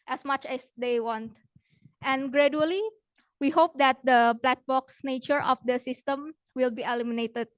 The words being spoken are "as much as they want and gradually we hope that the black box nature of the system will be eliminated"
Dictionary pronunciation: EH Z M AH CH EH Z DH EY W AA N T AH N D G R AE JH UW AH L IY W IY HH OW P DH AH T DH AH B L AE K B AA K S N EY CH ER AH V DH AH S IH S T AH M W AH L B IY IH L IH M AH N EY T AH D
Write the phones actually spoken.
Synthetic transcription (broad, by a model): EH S M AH CH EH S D EY W AA N T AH N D G R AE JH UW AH L IY W IY HH OW P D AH T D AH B L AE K B AA K S N EY CH ER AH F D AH S IH S T AH M W AH L B IY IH L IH M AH N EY T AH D